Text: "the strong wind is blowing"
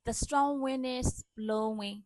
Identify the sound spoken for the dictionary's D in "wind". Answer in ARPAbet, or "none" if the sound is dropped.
none